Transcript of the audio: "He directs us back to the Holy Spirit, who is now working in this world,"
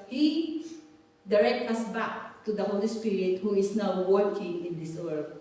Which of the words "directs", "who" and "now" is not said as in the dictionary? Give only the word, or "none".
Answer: directs